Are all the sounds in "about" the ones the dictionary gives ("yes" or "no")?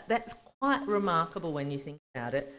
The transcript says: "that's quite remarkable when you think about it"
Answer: yes